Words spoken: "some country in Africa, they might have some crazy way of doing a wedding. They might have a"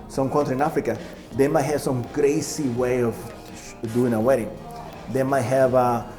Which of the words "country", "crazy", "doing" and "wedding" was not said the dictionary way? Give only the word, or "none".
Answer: crazy